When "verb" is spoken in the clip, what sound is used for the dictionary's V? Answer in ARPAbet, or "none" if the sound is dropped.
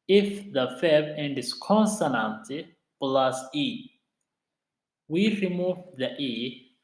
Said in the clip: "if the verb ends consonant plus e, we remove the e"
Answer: F